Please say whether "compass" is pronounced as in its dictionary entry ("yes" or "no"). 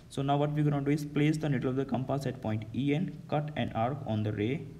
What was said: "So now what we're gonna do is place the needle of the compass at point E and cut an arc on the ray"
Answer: yes